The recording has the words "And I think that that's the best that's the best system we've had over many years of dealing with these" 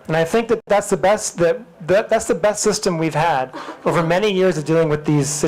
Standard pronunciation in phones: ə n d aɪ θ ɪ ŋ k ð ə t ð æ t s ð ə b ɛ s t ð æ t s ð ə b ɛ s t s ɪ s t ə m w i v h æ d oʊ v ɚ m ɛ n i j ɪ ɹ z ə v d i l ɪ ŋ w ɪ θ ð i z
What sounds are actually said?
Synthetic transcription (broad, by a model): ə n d aɪ θ ɪ ŋ k ð ə t ð æ t s ð ə b ɛ s t ð æ t s ð ə b ɛ s t s ɪ s t ə m w i v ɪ d oʊ v ɚ m ɛ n i j ɪ ɹ z ə v d i l ɪ ŋ w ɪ ð i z